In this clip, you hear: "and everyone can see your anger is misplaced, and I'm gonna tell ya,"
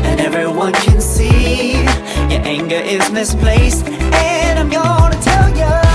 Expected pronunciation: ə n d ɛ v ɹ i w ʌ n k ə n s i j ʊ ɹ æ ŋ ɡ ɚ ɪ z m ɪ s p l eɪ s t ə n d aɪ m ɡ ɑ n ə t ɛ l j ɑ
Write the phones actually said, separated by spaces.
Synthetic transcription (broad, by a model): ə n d ɛ v ɹ i w ʌ n k ə n s i j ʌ ɹ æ ŋ ɡ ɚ ɪ z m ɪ s p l eɪ s ə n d aɪ m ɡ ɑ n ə t ɛ l j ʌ